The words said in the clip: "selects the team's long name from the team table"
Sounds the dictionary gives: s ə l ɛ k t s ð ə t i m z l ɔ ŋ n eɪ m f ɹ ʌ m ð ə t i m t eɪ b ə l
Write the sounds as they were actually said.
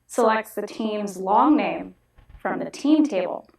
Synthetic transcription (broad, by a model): s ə l ɛ k t s ð ə t i m z l ɔ ŋ n eɪ m f ɹ ʌ m ð ə t i m t eɪ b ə l